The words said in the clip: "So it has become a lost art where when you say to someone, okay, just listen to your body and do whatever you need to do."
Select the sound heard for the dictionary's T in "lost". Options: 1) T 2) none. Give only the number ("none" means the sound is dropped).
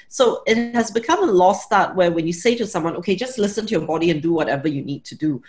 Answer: 1